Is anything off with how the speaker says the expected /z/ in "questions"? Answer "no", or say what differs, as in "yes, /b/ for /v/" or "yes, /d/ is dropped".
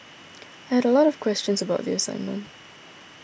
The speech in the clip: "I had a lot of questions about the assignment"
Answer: no